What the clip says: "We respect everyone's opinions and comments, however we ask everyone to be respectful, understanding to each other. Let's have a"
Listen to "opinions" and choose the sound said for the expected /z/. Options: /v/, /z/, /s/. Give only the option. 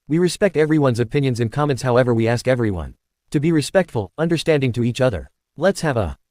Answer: /z/